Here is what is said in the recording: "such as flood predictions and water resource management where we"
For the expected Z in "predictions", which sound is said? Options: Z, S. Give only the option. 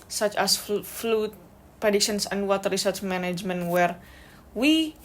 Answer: S